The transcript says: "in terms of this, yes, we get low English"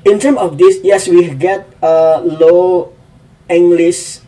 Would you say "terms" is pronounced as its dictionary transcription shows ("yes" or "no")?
no